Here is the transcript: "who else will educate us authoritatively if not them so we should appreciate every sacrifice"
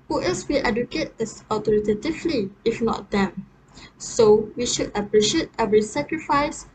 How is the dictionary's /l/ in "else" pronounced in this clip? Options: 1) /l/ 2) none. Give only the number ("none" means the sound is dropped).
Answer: 2